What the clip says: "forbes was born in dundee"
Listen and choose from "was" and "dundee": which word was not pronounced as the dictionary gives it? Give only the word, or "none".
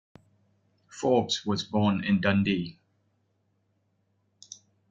none